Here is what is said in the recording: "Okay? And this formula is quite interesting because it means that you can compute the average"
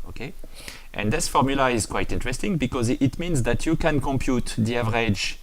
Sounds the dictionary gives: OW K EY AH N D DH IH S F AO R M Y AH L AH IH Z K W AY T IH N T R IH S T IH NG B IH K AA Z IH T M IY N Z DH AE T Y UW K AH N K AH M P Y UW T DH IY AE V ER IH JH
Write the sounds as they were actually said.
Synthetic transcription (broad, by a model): OW K EY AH N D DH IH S F AO R M Y AH L AH IH Z K W AY T IH N T R IH S T IH NG B IH K AA Z IH T M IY N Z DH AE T Y UW K AH N K AH M P Y UW T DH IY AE V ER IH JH